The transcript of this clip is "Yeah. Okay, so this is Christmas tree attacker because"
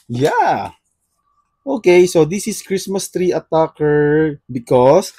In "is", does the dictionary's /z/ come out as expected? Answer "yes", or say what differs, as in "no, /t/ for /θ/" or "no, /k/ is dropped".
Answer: no, /s/ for /z/